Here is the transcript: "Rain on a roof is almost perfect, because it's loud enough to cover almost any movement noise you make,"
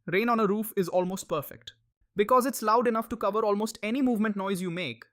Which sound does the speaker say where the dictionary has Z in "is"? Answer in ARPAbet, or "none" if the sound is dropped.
Z